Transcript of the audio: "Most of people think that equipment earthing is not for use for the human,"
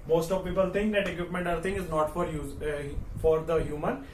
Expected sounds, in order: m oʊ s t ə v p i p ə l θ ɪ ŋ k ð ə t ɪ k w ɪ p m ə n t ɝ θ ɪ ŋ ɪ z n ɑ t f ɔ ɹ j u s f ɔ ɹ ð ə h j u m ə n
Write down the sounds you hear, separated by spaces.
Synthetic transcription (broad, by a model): m oʊ s t ə v p i p ə l t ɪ ŋ k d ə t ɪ k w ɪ p m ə n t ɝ t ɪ ŋ ɪ z n ɑ t f ɔ ɹ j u f ɔ ɹ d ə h j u m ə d